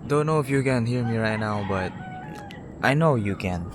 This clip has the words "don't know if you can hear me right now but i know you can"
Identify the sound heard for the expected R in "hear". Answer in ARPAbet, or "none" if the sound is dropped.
L